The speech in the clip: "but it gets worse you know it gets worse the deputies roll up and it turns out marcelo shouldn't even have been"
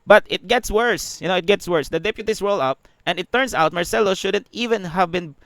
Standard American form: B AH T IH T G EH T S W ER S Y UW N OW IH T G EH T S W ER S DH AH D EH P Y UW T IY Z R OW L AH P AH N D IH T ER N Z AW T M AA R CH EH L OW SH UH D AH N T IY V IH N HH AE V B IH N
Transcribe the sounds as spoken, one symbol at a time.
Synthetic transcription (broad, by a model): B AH T IH T G EH T S W ER S Y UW N OW IH T G EH T S W ER S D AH D EH P Y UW T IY S R OW L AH P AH N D IH T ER N S AW T M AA R S EH L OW SH UH D AH N T IY V IH N HH AE V B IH N